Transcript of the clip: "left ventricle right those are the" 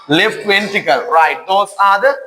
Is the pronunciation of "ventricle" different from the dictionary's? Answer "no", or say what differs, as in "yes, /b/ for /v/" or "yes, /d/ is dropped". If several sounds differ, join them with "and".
yes, /ɹ/ is dropped